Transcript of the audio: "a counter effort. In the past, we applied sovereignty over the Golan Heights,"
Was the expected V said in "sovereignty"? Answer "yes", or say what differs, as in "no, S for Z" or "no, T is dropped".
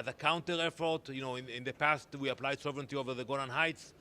yes